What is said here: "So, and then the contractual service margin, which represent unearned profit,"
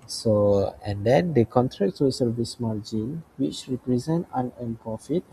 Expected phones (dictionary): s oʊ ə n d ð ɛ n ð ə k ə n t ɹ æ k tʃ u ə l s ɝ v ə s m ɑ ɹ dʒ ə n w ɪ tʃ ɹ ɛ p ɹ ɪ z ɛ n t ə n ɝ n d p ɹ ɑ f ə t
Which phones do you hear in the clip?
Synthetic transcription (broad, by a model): s oʊ ə n d ɛ n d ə k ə n t ɹ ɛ k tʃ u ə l s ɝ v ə s m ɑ l dʒ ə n w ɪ tʃ ɹ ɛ p ɹ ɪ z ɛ n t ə n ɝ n p ɹ ɑ f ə t